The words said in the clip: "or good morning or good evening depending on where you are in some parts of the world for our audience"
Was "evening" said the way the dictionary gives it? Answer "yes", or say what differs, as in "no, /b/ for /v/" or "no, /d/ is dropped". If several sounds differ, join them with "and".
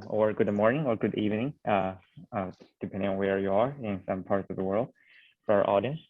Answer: yes